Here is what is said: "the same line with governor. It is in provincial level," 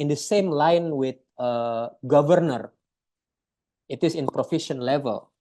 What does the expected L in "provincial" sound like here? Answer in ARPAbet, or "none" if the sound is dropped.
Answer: N